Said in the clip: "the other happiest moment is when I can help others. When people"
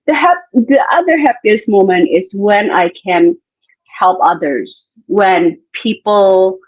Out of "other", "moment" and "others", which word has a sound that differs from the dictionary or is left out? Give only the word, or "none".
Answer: none